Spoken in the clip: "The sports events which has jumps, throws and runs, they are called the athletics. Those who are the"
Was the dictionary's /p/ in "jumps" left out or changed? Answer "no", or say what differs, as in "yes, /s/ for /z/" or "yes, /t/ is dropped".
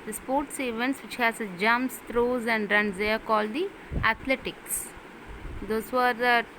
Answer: yes, /p/ is dropped